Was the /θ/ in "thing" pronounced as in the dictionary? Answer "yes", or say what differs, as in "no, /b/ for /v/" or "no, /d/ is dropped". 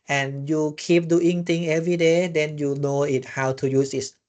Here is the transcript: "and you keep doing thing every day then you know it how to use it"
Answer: no, /t/ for /θ/